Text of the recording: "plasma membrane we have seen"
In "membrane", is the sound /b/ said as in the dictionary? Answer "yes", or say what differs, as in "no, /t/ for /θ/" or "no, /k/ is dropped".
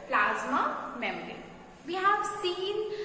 no, /b/ is dropped